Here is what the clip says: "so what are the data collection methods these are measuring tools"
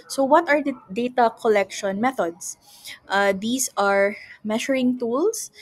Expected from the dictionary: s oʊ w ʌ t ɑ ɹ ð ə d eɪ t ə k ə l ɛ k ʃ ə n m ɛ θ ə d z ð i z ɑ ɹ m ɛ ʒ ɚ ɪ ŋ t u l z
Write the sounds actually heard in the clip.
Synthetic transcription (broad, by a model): s oʊ w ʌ t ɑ ɹ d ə d eɪ t ə k ə l ɛ k ʃ ə n m ɛ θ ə d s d i s ɑ ɹ m ɛ ʃ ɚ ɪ ŋ t u l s